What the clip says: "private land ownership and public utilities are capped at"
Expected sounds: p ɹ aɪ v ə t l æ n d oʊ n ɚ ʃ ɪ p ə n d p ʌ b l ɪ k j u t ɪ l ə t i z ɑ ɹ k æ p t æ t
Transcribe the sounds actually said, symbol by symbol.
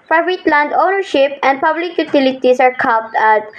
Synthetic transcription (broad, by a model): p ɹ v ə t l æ n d oʊ n ɚ ʃ ɪ p ə n d p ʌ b l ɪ k j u t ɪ l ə t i s ɑ ɹ k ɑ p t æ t